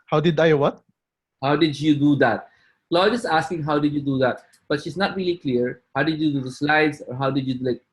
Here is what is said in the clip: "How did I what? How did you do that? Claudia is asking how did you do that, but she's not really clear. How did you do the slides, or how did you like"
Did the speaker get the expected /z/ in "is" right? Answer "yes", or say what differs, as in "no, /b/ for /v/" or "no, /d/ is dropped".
no, /s/ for /z/